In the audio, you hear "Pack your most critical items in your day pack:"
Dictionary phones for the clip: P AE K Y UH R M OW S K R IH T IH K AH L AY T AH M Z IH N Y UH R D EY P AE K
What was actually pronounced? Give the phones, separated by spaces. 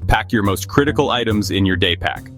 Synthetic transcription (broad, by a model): P AE K Y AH R M OW S K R IH T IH K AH L AY T AH M Z IH N Y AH R D EY P AE K